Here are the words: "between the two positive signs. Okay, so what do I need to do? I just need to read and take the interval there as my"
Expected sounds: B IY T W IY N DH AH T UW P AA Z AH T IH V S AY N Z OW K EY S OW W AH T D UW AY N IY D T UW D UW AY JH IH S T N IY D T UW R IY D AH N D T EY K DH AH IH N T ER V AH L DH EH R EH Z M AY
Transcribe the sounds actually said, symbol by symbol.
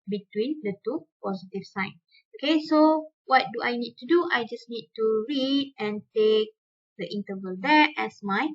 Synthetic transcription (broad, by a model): B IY T W IY N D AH T UW P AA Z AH T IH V S AY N OW K EY S OW W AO T D UW AY N IY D T UW D UW AY JH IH S N IY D T UW R IY D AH N T EY K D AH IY N T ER V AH L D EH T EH S M AY